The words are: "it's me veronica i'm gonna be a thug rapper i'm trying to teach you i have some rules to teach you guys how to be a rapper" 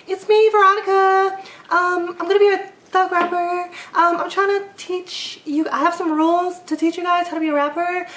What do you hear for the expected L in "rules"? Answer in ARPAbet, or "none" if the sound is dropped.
L